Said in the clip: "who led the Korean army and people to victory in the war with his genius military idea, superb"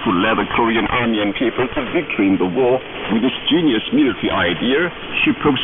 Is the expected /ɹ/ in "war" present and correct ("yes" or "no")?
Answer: yes